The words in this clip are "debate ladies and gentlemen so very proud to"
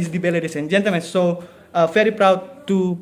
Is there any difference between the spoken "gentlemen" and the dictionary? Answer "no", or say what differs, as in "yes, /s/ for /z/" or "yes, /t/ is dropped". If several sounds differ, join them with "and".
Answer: no